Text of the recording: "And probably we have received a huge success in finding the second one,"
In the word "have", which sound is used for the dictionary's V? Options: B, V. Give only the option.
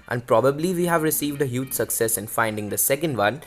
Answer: V